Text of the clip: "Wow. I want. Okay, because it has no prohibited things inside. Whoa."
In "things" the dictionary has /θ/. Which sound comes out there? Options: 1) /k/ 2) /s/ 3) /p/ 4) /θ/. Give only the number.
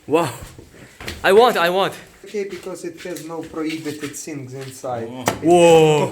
2